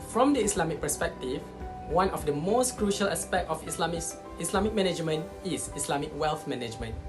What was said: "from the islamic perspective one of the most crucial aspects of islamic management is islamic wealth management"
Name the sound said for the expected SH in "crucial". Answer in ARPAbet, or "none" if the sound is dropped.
SH